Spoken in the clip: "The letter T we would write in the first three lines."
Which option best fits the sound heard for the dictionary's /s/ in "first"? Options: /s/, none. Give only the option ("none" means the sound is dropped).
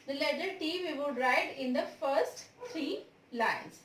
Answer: /s/